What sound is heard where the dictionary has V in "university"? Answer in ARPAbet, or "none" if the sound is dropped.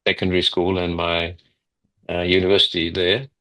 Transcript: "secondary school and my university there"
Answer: V